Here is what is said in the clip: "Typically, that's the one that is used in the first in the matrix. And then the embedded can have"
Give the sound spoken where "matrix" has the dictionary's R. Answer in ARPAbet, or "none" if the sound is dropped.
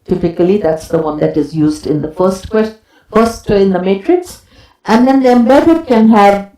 R